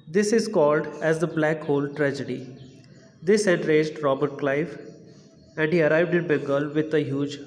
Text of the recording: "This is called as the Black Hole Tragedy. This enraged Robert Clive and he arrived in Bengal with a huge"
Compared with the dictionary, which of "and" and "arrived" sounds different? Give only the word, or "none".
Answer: none